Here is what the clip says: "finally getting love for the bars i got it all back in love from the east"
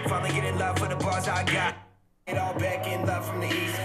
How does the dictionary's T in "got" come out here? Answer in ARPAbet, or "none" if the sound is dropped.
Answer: none